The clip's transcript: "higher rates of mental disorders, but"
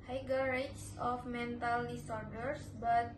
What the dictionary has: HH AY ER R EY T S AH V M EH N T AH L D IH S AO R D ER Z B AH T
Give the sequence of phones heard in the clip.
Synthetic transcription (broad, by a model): HH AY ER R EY S S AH F M EH N T AH L D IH S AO R D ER S B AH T